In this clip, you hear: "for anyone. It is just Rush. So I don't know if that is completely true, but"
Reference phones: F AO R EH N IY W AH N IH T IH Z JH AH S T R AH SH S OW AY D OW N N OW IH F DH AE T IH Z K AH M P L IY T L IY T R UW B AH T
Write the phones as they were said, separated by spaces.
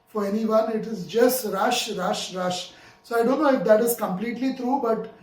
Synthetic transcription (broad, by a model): F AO R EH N IY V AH N IH T IH Z JH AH S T R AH SH S OW AY D OW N N OW IH F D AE T IH Z K AH M P L IY T L IY T R UW B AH T